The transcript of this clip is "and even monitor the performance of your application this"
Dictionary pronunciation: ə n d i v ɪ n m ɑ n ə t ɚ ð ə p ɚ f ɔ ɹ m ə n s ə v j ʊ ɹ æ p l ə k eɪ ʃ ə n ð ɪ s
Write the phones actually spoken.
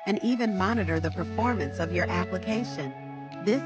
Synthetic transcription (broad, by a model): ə n i v ɪ n m ɑ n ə t ɚ ð ə p ɚ f ɔ ɹ m ə n s ə v j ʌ ɹ æ p l ə k eɪ ʃ ə n ð ɪ s